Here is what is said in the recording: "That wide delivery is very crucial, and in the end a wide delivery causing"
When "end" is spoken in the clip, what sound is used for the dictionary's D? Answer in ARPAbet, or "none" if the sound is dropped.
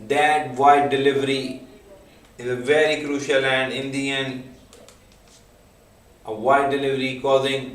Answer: none